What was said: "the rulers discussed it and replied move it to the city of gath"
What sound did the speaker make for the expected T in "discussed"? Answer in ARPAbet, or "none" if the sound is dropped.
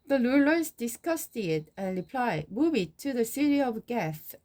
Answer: T